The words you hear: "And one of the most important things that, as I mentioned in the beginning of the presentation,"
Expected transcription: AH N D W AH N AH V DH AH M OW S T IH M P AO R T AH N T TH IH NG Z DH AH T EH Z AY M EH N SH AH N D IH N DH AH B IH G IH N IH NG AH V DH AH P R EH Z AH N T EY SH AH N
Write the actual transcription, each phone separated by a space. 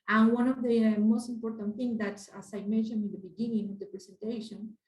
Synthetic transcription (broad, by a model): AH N W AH N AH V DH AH M OW S T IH M P AO R T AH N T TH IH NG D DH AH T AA S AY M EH SH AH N IH N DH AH B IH G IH N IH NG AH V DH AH P R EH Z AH N T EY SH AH N